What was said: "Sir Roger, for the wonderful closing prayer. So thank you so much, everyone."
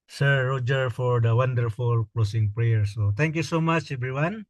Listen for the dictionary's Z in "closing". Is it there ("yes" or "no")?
no